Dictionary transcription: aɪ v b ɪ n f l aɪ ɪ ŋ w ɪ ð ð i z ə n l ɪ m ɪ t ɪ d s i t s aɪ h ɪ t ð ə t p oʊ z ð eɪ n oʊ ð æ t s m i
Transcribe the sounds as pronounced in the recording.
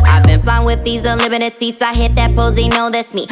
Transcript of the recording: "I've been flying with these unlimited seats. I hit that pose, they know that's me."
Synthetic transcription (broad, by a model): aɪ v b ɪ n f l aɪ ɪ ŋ w ɪ ð ð i z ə l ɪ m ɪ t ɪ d s i t s aɪ h ɪ t ð ə t p oʊ z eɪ n oʊ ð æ t s m i